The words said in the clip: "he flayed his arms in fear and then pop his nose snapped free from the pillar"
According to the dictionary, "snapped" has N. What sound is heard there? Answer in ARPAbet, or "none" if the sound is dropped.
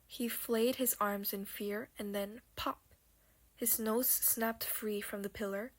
N